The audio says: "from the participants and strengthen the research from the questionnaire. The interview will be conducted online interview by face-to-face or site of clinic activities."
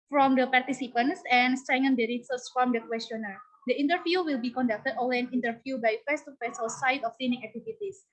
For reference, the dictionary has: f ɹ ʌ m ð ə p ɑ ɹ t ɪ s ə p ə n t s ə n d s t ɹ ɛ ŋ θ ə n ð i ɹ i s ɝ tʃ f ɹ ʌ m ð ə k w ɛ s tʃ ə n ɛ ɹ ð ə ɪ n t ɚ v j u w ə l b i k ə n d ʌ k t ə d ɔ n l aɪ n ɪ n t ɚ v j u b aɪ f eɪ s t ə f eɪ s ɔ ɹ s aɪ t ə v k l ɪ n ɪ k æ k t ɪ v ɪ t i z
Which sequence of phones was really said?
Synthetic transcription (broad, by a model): f ɹ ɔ m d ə p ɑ ɹ t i s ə p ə n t s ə n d s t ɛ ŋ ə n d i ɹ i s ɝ s f ɹ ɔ m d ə k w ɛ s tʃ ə n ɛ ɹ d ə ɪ n t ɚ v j u w ə l b i k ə n d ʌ k t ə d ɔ l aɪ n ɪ n t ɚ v j u b aɪ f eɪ s t ə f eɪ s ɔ l s aɪ t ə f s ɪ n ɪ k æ k t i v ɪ t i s